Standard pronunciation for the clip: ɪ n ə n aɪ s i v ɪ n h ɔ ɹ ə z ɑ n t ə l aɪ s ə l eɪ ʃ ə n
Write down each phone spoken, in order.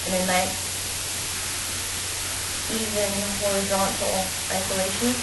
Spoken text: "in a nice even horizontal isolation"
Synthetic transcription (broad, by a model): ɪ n ə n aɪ i v ɪ n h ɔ ɹ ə z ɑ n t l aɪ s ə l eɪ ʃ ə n